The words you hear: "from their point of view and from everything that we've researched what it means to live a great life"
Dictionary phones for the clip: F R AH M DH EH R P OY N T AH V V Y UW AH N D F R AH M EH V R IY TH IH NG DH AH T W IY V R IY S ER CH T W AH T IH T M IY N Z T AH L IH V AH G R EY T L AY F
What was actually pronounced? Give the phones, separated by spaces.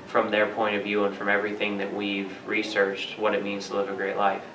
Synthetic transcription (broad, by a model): F R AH M DH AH R P OY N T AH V V Y UW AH N F R AH M EH V R IY TH IH NG DH AH T W IY V R IY S ER CH T W AH T IH T M IY N Z T AH L IH V AH G R EY T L AY F